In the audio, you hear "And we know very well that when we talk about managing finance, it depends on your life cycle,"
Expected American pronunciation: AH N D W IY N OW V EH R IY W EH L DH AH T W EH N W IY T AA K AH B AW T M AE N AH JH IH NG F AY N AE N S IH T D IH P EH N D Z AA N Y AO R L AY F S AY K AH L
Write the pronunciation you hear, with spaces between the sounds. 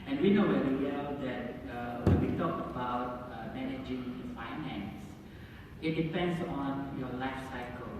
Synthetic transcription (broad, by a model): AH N W IY N OW W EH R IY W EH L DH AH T W EH N W IY T AA K AH B AW T M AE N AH JH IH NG F AY N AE N S IH T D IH P EH N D S AA N Y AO L AY F S AY K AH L